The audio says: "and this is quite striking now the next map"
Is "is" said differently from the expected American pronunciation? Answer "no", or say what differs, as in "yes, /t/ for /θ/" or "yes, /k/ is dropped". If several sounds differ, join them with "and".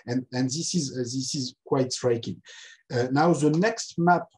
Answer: no